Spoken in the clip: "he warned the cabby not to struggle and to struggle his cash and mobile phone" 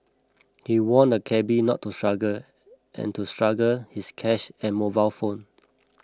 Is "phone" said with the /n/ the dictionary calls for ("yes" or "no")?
yes